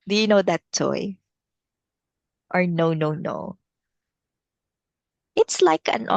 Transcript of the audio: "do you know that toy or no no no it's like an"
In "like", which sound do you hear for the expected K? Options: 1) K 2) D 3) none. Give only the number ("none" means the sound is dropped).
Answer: 1